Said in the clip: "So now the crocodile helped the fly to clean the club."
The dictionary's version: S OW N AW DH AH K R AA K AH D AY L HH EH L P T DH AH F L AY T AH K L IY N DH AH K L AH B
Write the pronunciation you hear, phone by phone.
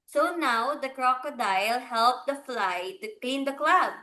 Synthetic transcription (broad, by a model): S OW N AW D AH K R AA K AH D AY L HH EH L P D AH F L AY T AH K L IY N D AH K L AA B